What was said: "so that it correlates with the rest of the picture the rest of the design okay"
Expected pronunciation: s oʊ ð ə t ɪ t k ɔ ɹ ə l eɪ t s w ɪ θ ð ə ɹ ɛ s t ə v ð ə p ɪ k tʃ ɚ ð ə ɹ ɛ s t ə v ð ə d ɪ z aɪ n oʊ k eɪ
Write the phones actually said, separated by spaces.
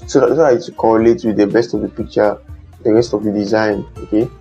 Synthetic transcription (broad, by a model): s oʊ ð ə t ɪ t k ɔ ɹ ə l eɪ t w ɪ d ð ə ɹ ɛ s t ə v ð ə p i k tʃ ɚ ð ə ɹ ɛ s t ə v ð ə d ɪ z aɪ n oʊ k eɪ